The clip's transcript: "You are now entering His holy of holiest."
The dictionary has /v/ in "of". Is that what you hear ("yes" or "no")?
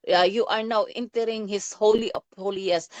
no